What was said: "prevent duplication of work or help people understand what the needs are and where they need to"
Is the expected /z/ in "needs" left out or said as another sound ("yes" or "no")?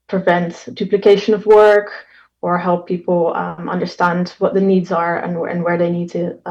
no